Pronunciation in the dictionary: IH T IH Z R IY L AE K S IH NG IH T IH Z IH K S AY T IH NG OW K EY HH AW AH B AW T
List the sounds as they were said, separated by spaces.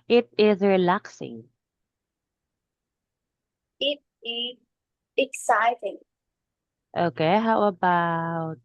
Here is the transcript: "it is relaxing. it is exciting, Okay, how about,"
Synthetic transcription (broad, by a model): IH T IH Z R IY L AE K S IH NG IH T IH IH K S AY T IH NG OW K EY HH AW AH B AW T